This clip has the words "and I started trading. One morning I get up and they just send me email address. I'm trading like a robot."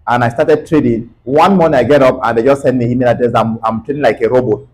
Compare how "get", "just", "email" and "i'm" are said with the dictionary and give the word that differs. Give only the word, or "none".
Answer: email